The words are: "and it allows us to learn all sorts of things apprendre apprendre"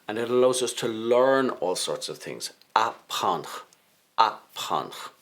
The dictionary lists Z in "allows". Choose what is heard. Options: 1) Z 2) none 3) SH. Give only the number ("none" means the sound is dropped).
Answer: 1